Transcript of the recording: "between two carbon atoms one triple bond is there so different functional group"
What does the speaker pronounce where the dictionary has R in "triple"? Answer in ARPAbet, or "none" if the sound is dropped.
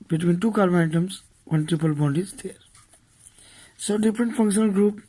none